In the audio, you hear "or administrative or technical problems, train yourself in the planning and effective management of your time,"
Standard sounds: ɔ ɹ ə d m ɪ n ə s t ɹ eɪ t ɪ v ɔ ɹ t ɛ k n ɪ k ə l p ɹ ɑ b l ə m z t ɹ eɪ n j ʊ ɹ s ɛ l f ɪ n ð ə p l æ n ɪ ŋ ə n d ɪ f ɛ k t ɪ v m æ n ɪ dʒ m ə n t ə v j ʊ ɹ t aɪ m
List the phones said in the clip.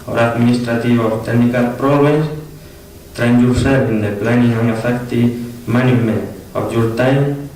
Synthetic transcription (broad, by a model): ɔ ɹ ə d m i n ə s t ɹ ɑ t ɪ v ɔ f t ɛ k n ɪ k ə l p ɹ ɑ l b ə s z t ɹ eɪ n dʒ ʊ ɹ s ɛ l ɪ n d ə p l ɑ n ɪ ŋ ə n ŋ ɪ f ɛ k t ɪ m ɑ n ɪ m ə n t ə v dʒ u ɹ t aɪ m